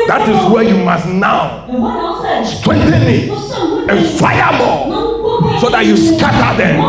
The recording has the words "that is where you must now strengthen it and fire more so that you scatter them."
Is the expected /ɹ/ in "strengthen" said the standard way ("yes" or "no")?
no